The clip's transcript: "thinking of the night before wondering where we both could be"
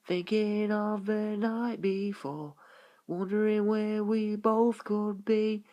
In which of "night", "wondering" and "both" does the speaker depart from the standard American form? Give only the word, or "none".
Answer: none